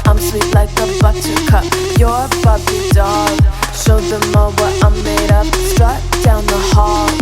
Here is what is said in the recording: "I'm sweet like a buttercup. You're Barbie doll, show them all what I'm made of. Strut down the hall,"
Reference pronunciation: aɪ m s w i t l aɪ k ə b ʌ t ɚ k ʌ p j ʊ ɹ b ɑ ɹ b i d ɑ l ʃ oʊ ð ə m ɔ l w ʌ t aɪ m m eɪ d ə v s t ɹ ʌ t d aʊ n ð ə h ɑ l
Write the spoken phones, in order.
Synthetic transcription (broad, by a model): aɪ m s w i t l aɪ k ə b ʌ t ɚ k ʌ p j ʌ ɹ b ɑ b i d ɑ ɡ ʃ oʊ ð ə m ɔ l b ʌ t aɪ m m eɪ d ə p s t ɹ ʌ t d aʊ n ð ə h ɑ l